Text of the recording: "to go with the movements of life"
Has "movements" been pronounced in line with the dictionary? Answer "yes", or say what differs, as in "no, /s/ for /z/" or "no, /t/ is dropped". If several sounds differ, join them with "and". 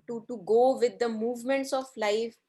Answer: yes